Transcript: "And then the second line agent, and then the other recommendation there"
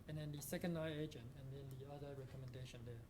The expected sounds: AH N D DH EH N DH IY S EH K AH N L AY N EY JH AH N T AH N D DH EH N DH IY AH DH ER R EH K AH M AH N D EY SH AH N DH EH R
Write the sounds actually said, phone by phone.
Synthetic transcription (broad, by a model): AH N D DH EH N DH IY S EH K AH N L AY EY JH AH N T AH N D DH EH N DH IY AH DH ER R EH K AH M AH N D EY SH AH N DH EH